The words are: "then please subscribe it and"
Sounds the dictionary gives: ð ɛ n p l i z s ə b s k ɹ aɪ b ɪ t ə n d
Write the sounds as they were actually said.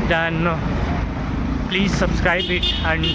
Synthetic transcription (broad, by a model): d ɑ n p l i z s ə b s k ɹ aɪ b ɪ t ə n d